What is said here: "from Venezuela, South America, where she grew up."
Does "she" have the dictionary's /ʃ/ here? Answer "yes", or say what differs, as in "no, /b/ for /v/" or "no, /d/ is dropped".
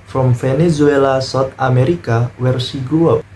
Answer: no, /s/ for /ʃ/